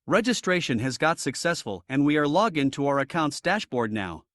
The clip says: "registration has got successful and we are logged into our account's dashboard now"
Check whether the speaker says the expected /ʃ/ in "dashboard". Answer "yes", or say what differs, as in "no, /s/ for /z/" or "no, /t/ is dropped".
yes